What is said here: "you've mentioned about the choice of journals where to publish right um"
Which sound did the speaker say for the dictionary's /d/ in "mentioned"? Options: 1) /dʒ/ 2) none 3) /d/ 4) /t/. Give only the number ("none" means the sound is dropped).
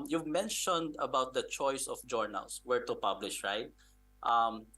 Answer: 3